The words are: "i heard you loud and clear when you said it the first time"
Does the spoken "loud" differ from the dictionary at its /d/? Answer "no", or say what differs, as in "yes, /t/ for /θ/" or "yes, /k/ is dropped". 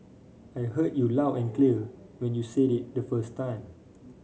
yes, /d/ is dropped